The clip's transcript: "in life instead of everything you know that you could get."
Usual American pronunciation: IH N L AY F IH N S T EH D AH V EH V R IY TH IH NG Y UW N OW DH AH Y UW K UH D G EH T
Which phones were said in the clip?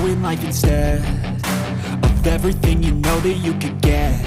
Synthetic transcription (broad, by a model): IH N L AY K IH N S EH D AH V EH V R IY TH IH NG Y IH N OW DH AH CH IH K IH D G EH